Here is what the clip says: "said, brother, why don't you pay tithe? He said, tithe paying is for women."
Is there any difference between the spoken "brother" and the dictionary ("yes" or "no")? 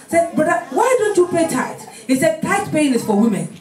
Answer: yes